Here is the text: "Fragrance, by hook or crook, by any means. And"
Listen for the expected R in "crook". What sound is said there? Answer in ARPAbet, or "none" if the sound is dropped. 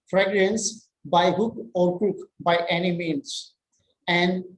none